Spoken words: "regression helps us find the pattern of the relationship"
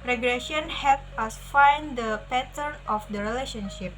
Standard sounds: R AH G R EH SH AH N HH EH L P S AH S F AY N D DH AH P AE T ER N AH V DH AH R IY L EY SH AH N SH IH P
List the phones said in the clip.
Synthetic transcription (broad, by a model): R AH G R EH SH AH N HH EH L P AH S F AY N D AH P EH T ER N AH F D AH R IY L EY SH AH N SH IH P